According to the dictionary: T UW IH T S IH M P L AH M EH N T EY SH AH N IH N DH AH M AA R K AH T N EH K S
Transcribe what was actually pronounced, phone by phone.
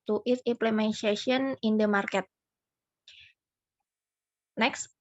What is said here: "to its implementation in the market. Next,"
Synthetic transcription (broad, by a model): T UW T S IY M P L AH M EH N S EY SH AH N IH N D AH M AA R K AH T N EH K S